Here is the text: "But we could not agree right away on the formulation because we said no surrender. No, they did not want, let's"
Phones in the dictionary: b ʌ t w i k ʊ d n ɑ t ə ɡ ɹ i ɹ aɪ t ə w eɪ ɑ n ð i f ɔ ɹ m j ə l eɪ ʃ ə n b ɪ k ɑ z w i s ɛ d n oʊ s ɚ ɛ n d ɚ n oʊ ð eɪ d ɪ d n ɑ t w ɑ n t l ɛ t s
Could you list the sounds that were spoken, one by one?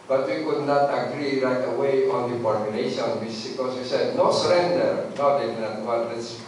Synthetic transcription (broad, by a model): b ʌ t w i k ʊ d n ɑ t ə ɡ ɹ i ɹ aɪ t ə w eɪ ɑ n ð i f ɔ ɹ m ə n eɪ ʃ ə n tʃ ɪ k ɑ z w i s ɛ d n oʊ s ɚ ɛ n d ɚ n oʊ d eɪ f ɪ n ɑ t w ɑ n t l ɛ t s